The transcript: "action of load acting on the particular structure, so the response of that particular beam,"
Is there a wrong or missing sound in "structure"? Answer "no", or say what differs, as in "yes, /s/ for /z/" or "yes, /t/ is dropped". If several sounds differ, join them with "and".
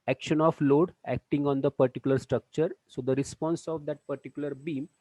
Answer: no